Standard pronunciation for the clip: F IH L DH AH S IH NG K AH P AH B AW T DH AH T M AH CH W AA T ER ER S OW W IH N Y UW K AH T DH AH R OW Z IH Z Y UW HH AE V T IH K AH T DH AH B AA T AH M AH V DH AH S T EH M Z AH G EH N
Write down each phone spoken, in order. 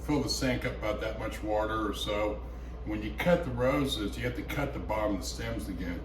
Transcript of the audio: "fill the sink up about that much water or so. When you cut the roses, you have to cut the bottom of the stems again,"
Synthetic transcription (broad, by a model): F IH L DH AH S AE NG K AH P AH B AW T DH AH T M AH CH W AA T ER ER S OW W IH N Y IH K AH T DH AH R OW Z IH Z Y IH HH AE F T IH K AH T DH AH B AA M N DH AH S T EH M Z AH G EH N